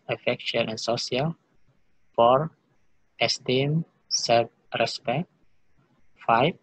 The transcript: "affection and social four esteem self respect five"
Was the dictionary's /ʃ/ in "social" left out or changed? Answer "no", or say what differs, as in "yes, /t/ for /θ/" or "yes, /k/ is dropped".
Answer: yes, /ʃ/ is dropped